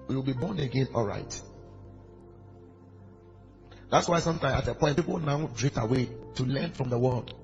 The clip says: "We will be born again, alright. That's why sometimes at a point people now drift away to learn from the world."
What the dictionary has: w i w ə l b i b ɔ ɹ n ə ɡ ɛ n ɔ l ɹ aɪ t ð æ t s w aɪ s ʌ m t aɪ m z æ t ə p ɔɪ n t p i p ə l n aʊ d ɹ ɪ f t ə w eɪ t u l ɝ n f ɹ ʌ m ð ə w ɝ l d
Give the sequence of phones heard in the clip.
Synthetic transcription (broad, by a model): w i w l b i b ɔ n ə ɡ ɛ n ɔ l ɹ aɪ t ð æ t s w aɪ s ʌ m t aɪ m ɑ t ə p ɔɪ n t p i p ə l n aʊ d ɹ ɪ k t ə w eɪ t u l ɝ n f ɹ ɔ m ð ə w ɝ l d